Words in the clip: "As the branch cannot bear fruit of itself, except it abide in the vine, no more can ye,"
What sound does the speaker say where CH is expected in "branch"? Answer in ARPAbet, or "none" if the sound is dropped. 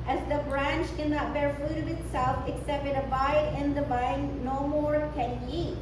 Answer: CH